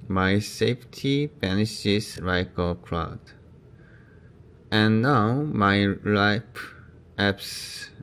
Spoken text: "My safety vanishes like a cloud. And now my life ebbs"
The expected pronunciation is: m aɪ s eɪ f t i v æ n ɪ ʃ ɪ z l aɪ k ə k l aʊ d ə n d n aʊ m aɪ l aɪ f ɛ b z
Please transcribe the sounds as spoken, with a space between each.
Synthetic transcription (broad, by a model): m aɪ s eɪ f t i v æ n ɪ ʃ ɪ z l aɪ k ə k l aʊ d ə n n aʊ m aɪ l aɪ p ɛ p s